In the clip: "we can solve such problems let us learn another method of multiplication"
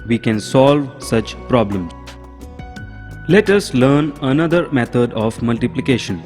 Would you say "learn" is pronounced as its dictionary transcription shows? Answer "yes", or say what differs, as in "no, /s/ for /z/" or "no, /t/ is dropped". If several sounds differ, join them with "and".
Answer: yes